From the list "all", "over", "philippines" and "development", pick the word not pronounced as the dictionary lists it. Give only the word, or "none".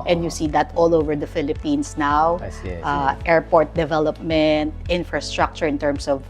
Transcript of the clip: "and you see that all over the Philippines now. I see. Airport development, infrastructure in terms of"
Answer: philippines